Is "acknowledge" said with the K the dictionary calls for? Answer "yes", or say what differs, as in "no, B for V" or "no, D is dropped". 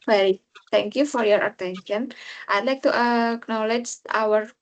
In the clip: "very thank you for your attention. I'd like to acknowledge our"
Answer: yes